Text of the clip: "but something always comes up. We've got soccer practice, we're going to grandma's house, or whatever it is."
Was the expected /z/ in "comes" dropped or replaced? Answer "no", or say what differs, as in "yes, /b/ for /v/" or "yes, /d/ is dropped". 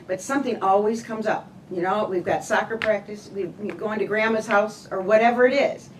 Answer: no